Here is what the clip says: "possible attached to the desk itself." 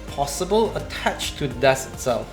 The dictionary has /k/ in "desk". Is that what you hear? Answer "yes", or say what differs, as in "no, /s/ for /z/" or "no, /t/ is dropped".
no, /k/ is dropped